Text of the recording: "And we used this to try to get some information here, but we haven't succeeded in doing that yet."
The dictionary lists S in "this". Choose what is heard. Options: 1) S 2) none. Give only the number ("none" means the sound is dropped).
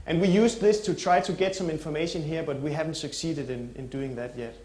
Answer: 1